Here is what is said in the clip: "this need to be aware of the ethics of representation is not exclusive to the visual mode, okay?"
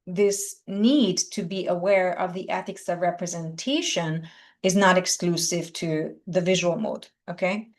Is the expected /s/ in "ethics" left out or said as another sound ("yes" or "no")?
no